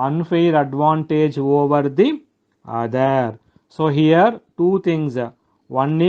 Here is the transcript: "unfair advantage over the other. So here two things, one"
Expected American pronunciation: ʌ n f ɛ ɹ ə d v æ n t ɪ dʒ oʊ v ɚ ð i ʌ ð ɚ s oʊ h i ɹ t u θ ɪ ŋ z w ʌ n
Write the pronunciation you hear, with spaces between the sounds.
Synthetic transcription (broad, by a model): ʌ n f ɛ ɹ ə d v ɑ n t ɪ dʒ oʊ v ɚ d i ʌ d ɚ s oʊ h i ɹ t u t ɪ ŋ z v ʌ n